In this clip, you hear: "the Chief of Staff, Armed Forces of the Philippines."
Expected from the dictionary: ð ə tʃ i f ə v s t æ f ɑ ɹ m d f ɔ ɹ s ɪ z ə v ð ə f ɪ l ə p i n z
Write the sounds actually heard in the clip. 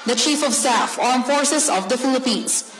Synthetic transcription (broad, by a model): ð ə tʃ i f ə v s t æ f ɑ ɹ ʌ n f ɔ ɹ s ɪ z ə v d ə f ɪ l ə p i n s